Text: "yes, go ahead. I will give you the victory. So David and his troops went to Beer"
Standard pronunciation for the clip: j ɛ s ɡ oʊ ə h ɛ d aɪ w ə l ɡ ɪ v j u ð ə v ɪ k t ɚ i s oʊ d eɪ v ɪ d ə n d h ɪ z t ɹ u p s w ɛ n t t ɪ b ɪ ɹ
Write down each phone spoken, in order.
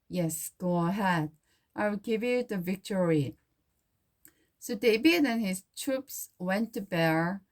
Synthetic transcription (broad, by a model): j ɛ s ɡ oʊ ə h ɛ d aɪ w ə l ɡ ɪ v j u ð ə v ɪ k t ɚ i s oʊ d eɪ b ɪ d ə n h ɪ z t ɹ u p s w ɛ n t t ɪ b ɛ ɹ